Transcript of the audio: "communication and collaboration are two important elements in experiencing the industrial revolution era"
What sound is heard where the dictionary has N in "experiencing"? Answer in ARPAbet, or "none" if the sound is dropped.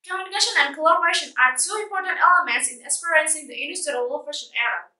none